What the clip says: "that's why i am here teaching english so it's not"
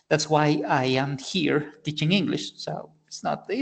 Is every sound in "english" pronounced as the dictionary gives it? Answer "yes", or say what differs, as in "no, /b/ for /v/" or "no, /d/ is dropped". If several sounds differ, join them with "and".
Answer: yes